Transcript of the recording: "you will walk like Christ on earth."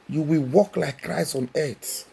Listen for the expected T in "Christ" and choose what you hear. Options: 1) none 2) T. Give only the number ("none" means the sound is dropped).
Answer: 1